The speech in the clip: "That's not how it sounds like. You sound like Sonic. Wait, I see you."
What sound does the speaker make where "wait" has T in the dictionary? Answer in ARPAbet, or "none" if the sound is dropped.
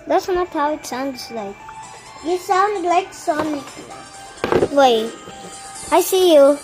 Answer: none